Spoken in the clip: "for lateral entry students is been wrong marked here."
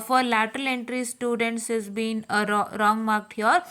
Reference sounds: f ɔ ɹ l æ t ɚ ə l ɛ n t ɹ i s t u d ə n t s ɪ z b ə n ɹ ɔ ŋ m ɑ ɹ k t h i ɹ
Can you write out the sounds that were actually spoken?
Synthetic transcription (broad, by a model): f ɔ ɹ l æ t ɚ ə l ɛ n t ɹ i s t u d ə n t s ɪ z b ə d ɹ ɔ ŋ m ɑ ɹ k t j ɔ ɹ